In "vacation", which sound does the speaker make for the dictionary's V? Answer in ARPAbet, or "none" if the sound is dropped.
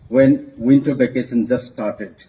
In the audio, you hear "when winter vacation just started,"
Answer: B